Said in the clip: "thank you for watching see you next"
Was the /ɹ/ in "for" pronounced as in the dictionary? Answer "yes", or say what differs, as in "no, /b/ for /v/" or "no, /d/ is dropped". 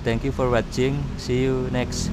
yes